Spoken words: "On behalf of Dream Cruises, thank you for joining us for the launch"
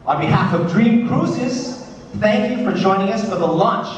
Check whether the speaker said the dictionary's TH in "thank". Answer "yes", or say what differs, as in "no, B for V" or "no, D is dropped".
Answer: yes